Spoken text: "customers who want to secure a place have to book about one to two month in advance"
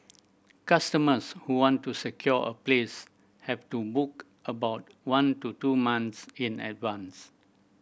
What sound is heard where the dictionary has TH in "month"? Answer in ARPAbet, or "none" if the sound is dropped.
S